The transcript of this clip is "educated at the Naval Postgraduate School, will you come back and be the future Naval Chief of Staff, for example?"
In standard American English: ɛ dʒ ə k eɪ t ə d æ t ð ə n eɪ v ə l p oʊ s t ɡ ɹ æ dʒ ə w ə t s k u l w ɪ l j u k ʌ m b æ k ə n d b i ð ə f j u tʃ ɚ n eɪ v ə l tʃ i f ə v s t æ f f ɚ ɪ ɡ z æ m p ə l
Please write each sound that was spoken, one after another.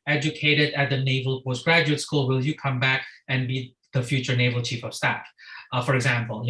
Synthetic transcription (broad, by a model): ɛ dʒ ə k eɪ t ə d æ t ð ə n eɪ v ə l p oʊ s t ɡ ɹ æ dʒ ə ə t s k u l w ɪ l j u k ʌ m b æ k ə n b i ð ə f j u tʃ ɚ n eɪ v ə l tʃ i f ə v s t æ f f ɚ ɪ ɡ z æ m p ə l